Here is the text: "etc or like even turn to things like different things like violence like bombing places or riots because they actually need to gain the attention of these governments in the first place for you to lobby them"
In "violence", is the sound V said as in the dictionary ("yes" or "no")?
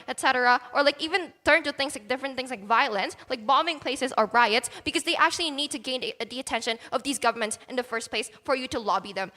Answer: yes